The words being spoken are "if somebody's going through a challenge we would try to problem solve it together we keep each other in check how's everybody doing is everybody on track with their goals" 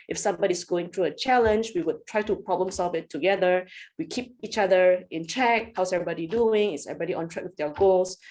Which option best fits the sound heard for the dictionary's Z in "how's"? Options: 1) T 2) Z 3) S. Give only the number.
3